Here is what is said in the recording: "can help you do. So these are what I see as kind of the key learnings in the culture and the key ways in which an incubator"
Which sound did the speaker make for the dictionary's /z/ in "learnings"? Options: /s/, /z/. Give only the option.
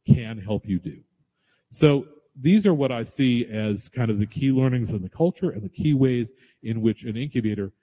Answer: /z/